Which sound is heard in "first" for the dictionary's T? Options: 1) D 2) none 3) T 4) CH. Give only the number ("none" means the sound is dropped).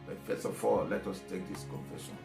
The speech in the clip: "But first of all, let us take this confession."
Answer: 2